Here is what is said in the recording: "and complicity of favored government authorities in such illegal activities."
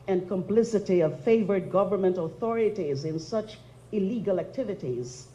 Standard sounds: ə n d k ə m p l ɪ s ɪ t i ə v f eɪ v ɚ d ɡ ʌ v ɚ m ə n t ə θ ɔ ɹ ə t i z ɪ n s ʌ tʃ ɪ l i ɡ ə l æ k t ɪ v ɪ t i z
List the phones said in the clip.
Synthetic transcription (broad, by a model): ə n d k ə m p l ɪ s ɪ t i ə v f eɪ v ɚ d ɡ ʌ v ɚ m ə n t ə θ ɔ ɹ ə t i z ɪ n s ʌ tʃ ɪ l i ɡ ə l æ k t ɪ v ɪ t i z